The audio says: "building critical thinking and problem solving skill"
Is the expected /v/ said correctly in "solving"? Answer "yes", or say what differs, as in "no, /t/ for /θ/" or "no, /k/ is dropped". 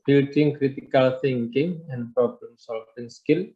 no, /f/ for /v/